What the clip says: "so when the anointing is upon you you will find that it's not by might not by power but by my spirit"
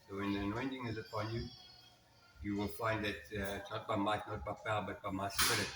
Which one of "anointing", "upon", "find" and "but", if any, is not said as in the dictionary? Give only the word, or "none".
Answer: none